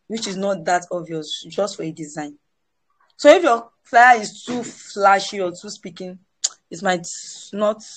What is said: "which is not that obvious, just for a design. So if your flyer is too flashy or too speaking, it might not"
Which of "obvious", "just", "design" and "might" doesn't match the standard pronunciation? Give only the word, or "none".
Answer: obvious